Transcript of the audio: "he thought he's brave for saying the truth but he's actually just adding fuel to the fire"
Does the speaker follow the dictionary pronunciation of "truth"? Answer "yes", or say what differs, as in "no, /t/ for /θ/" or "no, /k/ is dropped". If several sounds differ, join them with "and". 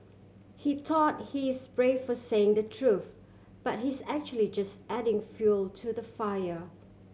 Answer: yes